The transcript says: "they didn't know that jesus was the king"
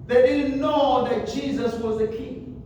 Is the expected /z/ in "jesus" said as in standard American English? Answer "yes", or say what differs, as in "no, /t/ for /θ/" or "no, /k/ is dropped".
yes